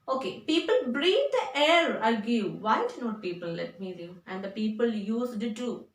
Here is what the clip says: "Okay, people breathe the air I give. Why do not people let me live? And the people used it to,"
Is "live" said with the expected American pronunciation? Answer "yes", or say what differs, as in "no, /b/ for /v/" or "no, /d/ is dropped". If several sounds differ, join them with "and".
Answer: no, /v/ is dropped